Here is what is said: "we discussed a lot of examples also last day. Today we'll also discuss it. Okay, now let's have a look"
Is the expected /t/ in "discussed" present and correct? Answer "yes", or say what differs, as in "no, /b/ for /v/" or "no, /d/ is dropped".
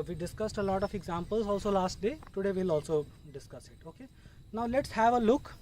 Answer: yes